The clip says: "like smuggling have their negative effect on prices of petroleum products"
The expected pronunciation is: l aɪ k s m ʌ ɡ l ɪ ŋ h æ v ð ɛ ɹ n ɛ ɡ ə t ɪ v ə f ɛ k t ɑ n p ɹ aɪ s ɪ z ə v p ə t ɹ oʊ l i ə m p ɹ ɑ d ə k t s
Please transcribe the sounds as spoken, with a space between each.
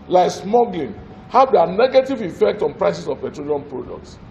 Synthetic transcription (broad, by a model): l aɪ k s m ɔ ɡ l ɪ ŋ h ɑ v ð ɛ n ɛ ɡ ə t ɪ v ə f ɛ k t ɑ n p ɹ aɪ s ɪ s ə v p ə t ɹ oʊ l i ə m p ɹ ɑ d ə k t s